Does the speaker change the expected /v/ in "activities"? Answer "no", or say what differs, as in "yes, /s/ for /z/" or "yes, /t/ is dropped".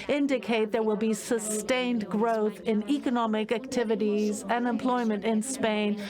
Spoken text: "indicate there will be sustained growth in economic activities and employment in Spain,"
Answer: no